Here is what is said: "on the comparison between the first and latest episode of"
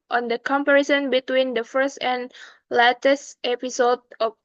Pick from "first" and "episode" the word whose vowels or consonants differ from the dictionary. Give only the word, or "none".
none